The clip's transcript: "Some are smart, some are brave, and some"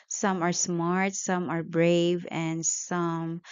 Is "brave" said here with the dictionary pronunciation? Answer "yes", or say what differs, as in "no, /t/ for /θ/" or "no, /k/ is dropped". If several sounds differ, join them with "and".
yes